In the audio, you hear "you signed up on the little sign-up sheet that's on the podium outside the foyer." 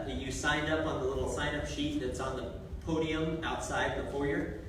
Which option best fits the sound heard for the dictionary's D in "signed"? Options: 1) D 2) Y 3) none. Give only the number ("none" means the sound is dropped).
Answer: 1